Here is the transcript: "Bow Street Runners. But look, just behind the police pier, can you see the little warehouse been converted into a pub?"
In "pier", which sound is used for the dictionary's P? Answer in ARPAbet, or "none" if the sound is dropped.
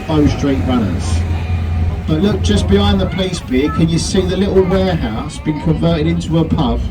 B